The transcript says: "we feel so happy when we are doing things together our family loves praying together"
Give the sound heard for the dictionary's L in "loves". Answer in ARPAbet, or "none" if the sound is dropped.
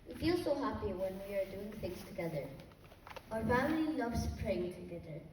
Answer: N